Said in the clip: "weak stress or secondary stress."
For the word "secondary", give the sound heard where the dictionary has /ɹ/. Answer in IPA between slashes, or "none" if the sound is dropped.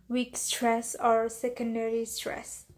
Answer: /ɹ/